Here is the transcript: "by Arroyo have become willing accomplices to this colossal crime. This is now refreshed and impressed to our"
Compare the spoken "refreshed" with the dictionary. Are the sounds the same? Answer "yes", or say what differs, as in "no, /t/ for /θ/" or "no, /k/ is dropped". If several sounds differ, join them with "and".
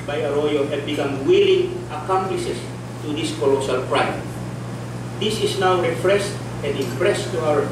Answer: no, /s/ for /ʃ/